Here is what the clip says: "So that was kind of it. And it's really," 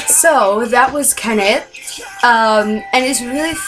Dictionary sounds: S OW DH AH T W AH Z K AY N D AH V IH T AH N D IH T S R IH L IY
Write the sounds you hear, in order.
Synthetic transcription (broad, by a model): S OW DH AH T W AH Z K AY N AH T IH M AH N IH T S R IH L IY